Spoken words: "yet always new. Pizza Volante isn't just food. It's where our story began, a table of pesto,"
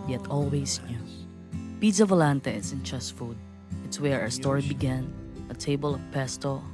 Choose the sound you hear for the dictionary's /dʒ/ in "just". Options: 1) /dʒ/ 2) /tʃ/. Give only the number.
2